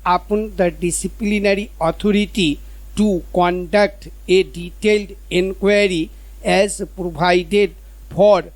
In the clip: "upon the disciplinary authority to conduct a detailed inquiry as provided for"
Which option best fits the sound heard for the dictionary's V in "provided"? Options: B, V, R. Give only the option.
B